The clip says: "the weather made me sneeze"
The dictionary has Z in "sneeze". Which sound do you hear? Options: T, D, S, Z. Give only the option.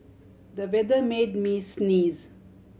Z